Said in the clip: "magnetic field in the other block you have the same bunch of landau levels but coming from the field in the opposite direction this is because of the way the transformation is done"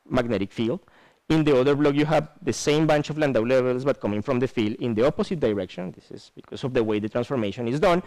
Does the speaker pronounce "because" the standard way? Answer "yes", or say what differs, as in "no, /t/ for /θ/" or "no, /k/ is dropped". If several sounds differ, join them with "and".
no, /s/ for /z/